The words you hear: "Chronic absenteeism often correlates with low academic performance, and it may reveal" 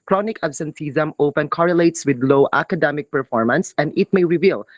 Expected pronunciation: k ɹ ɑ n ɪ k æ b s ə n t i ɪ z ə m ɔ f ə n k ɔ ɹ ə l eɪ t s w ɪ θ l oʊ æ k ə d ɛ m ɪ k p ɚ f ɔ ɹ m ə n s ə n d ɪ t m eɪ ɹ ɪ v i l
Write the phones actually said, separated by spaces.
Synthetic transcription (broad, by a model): k ɹ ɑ n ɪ k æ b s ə n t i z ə m ɔ p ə n k ɔ ɹ ə l eɪ t s w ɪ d l oʊ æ k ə d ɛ m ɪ k p ɚ f ɔ ɹ m ə n s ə n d ɪ t m eɪ ɹ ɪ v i l